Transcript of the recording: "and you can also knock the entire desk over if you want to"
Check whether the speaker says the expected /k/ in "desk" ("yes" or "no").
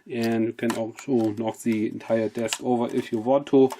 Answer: yes